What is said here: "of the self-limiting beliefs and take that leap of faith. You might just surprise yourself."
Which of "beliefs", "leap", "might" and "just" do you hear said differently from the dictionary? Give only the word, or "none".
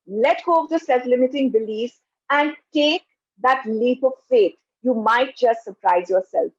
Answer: beliefs